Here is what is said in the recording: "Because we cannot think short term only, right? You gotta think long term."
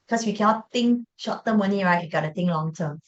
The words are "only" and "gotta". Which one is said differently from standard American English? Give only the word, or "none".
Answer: only